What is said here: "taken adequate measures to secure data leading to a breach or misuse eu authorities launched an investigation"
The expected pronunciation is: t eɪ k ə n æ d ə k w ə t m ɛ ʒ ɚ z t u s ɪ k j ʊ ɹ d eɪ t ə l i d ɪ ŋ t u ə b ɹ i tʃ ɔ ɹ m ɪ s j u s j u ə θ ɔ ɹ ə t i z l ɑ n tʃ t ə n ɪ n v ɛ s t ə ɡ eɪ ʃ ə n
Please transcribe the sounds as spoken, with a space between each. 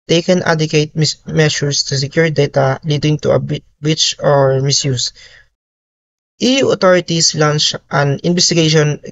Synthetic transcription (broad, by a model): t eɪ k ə n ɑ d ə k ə t m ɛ ʃ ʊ s t u s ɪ k j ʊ ɹ d eɪ t ə l i d ɪ ŋ t u ə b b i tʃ ɔ ɹ m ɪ s j u s j u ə t ɔ ɹ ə t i s l ɑ n tʃ t ə n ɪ n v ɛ s t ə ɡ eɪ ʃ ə n